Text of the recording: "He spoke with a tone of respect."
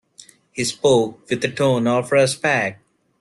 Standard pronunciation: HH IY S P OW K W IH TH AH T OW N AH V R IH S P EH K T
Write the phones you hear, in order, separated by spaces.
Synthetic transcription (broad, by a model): HH IY S P OW K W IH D AH T OW N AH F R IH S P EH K